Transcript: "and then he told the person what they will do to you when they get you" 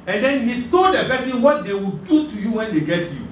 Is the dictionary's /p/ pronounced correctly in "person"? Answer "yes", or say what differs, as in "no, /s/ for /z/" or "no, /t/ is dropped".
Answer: no, /b/ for /p/